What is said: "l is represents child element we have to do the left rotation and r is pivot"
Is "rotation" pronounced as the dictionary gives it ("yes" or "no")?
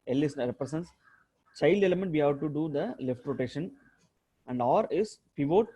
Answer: yes